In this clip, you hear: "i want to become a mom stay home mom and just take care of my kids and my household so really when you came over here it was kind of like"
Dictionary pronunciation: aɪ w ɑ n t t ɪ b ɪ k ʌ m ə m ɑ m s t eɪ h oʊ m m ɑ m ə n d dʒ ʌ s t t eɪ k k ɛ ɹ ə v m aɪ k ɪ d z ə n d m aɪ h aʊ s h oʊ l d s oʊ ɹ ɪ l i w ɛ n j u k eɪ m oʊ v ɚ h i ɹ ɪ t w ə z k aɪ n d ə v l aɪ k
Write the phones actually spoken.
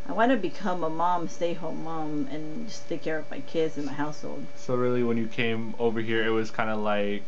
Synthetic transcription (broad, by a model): aɪ w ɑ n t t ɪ b ɪ k ʌ m ə m ɑ m s t eɪ h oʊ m m ɑ m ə n dʒ ʌ s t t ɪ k k ɛ ɹ ə v m aɪ k ɪ d z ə n m aɪ h aʊ s h oʊ l d s oʊ ɹ ɪ l i w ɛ n j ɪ k eɪ m oʊ v ɚ h i ɹ ɪ t w ə z k aɪ n d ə l aɪ k